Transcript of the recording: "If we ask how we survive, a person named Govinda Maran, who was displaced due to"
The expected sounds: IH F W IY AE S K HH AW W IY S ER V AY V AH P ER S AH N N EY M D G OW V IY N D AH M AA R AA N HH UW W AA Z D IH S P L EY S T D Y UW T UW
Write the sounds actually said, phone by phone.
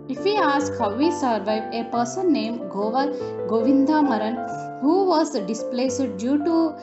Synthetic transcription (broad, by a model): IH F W IY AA S K HH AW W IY S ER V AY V AH P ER S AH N N EY M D G OW V IY N D AH M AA R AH N HH UW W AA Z D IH S P L EY S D D Y UW T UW